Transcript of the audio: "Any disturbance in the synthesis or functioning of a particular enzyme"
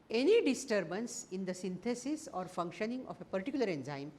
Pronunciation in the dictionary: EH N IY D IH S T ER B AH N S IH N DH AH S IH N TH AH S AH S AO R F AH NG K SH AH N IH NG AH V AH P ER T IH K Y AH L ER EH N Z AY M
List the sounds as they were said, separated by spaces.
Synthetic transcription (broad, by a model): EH N IY D IH S T ER B AH N S IH N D AH S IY N T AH S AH S AO R F AH NG K SH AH N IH NG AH F AH P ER T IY K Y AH L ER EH N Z AY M